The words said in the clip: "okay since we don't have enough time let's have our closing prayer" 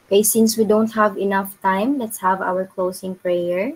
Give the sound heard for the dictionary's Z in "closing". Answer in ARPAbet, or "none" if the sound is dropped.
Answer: S